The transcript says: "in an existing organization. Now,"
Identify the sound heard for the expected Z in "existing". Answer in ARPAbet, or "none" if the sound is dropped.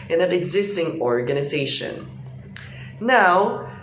Z